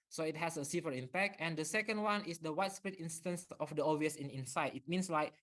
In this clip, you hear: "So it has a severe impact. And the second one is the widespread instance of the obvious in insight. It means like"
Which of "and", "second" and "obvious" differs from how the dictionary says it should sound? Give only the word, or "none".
obvious